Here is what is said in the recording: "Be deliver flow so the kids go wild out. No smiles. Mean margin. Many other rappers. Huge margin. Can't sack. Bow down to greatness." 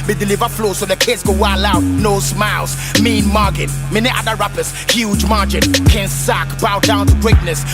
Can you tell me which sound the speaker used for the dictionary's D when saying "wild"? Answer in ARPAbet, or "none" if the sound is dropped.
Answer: none